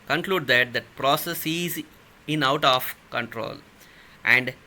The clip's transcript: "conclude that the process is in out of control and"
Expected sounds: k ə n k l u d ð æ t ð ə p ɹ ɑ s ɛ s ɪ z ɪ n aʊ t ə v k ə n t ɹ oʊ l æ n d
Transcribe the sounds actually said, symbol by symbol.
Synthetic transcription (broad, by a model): k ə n k l u d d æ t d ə p ɹ ɑ s ɛ s ɪ z ɪ n aʊ t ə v k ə n t ɹ oʊ l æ n d